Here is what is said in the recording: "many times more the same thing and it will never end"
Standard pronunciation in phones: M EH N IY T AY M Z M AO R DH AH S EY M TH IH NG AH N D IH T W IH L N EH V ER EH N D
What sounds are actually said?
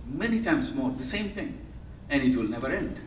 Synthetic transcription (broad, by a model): M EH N IY T AY M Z M AO R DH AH S EY M T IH NG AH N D IH T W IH L N EH V ER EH N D